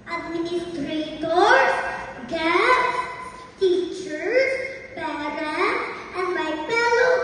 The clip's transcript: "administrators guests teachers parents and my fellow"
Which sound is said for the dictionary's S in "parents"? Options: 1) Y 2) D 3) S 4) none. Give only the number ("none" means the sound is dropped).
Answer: 4